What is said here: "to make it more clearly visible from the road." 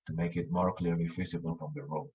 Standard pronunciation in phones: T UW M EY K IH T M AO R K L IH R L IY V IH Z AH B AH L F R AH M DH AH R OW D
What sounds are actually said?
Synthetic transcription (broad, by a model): T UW M EY K IH T M AO R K L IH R L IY F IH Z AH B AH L F R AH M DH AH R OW